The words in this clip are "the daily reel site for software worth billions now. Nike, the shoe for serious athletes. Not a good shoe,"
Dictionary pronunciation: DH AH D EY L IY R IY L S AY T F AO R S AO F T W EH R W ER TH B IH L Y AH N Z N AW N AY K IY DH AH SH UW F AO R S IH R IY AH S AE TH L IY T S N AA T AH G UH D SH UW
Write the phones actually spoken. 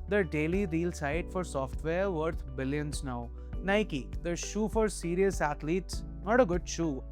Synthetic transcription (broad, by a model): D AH D EY L IY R IY L S AY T F AO R S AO F T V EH R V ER T B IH L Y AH N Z N AW N AY K IY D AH SH UW F AO R S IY R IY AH S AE T L IY T S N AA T AH G UH D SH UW